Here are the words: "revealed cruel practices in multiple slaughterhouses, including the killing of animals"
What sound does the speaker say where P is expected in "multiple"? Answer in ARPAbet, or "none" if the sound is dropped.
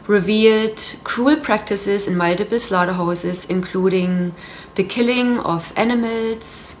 B